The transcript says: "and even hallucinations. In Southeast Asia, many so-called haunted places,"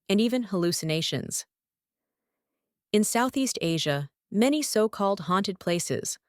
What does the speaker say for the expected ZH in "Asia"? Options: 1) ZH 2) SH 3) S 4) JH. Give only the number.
1